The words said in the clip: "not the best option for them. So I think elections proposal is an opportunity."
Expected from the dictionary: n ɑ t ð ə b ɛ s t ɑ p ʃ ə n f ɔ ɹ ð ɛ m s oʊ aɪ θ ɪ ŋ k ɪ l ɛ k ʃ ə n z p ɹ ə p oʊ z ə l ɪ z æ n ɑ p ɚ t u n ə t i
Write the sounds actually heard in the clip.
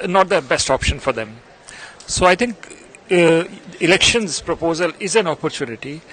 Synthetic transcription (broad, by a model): n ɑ t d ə b ɛ s t ɑ p ʃ ə n f ɔ ɹ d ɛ m s oʊ aɪ t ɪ ŋ k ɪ l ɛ k ʃ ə n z p ɹ ə p oʊ z ə l ɪ z æ n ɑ p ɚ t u n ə t i